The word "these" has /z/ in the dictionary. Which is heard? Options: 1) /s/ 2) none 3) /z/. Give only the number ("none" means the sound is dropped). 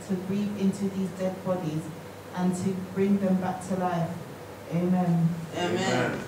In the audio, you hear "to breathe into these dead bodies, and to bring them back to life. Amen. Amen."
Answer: 3